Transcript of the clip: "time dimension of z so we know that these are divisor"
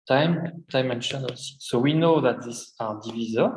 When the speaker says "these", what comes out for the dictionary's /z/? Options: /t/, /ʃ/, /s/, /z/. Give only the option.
/s/